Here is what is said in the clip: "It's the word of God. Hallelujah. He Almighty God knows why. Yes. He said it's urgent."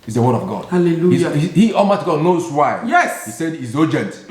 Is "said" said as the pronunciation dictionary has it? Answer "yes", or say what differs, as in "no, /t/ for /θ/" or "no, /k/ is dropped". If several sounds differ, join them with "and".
yes